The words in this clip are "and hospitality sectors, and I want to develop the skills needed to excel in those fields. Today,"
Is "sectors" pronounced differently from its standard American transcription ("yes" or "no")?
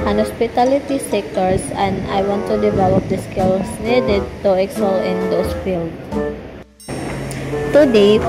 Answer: yes